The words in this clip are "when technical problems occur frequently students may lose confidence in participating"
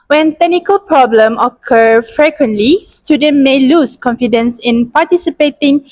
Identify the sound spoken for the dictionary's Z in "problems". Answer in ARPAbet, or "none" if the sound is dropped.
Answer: none